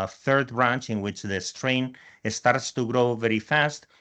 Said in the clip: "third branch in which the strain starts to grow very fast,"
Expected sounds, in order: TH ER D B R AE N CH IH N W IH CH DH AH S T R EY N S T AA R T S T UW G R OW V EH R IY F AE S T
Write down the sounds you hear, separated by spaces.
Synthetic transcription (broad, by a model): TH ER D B R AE N CH IH N W IH CH DH AH S T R EY N S T AA R T S T UW G R OW V EH R IY F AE S T